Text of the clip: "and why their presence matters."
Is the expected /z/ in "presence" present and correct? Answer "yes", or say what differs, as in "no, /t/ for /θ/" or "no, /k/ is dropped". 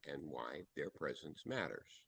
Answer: yes